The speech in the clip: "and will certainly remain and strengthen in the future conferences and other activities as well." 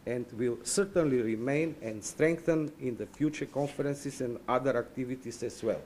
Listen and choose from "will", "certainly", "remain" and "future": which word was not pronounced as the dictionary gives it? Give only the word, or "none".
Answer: none